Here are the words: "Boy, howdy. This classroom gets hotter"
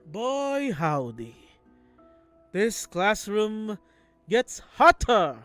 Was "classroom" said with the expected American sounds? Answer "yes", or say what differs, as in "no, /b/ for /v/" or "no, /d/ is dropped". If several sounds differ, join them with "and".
yes